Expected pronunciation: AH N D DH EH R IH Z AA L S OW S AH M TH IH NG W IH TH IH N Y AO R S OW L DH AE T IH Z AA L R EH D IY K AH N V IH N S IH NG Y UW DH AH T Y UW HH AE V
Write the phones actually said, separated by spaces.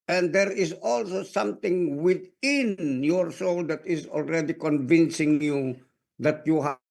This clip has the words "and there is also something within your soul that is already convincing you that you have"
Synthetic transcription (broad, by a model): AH N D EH R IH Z AA L S OW S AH M T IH NG W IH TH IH N Y AO R S OW L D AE T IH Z AA L R EH D IY K AH N V IH N S IH NG Y UW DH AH T Y UW HH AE